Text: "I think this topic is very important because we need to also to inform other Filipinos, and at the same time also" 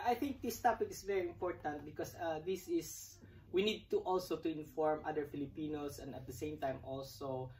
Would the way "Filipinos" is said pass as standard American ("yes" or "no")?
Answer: no